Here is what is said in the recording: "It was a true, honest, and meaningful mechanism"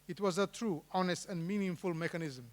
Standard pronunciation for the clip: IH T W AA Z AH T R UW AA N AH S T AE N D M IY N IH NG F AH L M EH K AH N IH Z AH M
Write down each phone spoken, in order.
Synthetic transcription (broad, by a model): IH T W AA Z AH T R UW AA N AH S T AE N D M IY N IH NG F AH L M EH K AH N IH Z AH M